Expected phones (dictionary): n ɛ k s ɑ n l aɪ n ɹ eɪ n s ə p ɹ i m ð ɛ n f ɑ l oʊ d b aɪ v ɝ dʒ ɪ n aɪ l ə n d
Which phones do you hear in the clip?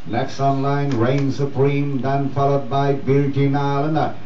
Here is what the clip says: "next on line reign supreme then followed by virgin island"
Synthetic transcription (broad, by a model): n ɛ k s ɑ n l aɪ n ɹ eɪ n s ə p ɹ i m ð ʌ n f ɑ l oʊ d b aɪ b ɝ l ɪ n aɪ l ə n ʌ